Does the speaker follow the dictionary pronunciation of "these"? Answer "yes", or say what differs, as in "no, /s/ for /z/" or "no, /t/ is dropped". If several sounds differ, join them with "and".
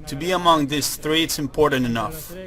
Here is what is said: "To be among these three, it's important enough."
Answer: no, /s/ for /z/